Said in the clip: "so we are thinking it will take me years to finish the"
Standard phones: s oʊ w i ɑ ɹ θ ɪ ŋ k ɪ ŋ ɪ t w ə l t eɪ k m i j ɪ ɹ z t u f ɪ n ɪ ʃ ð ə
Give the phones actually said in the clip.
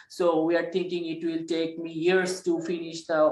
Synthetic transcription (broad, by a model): s oʊ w i ɑ ɹ t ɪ ŋ k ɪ ŋ ɪ t w ə l t eɪ k m i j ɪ ɹ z t u f ɪ n ɪ ʃ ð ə